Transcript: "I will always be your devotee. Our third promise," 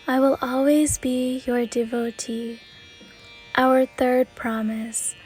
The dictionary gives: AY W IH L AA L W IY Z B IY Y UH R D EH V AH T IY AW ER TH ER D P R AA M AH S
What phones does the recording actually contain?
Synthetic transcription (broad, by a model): AY W IH L AA L W IY Z B IY Y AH R D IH V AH T IY AW ER TH ER D P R AA M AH S